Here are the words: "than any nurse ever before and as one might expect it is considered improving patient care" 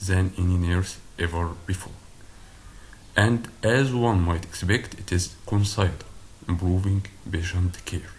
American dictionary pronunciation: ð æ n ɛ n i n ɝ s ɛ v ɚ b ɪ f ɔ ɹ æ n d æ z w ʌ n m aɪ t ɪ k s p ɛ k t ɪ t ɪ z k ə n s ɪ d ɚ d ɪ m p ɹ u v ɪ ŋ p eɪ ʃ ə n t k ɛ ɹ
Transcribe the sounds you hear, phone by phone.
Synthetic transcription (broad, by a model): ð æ n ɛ n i n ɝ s ɛ v ɚ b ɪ f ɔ ɹ æ n d æ z w ʌ n m aɪ t ɪ k s p ɛ k t ɪ t ɪ z k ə n s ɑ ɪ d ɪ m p ɹ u v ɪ ŋ b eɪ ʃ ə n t k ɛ ɹ